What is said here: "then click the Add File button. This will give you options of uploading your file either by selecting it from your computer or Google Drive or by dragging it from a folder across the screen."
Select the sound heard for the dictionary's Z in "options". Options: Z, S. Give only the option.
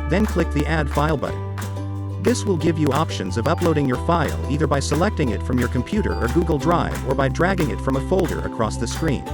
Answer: Z